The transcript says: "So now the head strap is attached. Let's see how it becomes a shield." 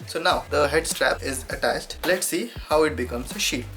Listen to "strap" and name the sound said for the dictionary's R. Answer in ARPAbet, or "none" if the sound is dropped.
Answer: R